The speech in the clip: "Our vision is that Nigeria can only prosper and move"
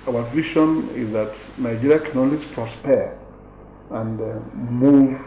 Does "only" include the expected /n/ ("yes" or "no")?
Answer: no